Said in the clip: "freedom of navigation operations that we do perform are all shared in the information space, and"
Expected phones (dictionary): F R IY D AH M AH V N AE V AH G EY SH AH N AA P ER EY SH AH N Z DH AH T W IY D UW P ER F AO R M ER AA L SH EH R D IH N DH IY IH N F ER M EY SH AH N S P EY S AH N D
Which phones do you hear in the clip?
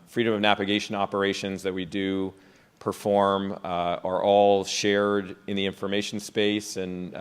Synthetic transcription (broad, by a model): F R IY D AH M AH V N AE V AH G EY SH AH N AA P ER EY SH AH N Z DH AH T W IY D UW P ER F AO R M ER AA L SH EH R D IH N DH IY IH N F ER M EY SH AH N S P EY S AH N